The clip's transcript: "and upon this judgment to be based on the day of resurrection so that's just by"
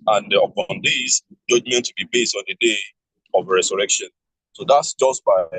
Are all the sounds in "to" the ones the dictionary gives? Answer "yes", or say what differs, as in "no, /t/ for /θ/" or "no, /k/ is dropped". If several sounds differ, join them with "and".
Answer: yes